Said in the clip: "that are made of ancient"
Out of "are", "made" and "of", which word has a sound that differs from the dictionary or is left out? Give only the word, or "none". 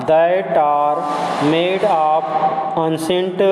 of